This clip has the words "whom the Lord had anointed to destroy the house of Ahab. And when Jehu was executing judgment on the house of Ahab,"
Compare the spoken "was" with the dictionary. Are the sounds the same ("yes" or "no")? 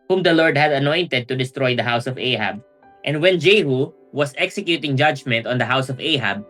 no